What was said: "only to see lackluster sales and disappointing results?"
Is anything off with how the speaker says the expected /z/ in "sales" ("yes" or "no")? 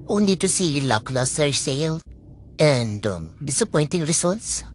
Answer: yes